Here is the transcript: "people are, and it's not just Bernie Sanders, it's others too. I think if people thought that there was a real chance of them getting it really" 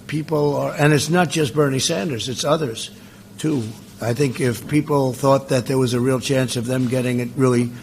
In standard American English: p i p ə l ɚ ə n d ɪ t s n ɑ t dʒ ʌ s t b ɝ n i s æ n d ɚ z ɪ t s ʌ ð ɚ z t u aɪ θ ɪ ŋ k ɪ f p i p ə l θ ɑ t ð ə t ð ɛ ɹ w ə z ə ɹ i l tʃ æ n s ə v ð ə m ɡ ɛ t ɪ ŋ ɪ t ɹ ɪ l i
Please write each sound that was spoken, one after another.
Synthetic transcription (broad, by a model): p i p l ɚ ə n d ɪ t s n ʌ t dʒ ʌ s t b ɝ n i s æ n d ɚ z ɪ t s ʌ ð ɚ z t u aɪ θ ɪ ŋ k ɪ f p i p l θ ɑ t ð ə t ð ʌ ɹ w ə z ə ɹ i l tʃ æ n s ə v ð ə m ɡ ɛ t ɪ ŋ ɪ t ɹ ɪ l i